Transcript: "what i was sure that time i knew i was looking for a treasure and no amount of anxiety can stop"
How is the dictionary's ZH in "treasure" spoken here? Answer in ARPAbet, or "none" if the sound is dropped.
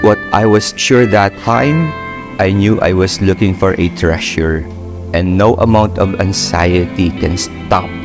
SH